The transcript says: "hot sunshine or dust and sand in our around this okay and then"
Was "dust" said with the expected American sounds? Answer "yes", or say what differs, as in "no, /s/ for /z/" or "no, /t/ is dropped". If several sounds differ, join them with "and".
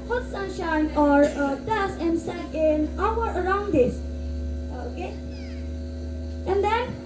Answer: no, /t/ is dropped